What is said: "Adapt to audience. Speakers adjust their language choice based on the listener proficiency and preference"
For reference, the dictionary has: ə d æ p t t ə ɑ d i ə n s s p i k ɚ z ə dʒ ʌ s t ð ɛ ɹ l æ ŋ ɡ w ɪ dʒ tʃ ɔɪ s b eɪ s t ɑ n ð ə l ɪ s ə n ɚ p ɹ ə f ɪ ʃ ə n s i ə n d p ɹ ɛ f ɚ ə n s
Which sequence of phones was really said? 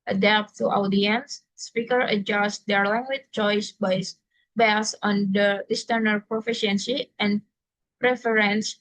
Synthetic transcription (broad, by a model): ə d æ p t t ə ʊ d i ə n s s p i k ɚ ə dʒ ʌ s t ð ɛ ɹ l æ ŋ ɡ w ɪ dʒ tʃ ɔɪ s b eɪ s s ɑ n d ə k s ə n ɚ p ɹ ə f ɪ ʃ ə n s i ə n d p ɹ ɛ f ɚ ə n s